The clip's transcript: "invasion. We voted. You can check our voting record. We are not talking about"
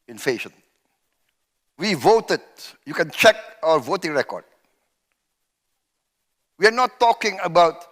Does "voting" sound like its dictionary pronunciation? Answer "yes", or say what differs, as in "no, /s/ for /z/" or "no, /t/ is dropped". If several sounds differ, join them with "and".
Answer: yes